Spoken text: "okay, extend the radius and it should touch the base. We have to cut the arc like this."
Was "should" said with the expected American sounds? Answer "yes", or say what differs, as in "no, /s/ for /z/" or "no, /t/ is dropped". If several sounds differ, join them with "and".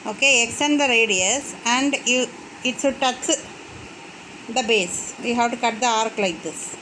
no, /s/ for /ʃ/